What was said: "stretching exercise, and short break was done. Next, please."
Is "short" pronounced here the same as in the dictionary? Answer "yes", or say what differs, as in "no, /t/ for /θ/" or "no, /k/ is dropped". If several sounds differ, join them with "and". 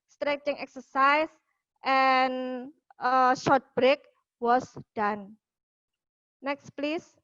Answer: yes